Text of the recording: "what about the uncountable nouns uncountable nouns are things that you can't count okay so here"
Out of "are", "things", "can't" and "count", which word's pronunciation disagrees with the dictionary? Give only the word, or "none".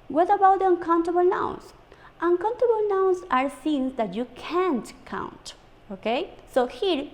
things